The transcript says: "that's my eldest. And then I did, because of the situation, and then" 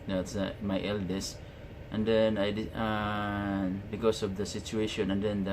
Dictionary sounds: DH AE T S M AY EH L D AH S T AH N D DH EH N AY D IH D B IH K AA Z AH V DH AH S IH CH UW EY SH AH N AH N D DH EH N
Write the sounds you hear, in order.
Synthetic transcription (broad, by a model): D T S M AY EH L D AH S T AH N D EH N AY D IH B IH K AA S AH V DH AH S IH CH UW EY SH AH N AH N D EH N